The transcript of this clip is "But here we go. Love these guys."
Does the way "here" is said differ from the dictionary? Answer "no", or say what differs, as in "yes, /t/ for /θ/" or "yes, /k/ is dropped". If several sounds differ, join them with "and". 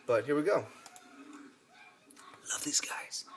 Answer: no